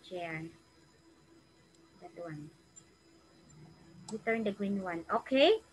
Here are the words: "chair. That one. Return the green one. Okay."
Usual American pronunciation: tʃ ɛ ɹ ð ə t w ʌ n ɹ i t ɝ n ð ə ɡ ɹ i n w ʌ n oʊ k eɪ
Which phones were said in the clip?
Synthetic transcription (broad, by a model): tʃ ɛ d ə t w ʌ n w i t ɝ n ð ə ɡ ɹ i n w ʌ n oʊ k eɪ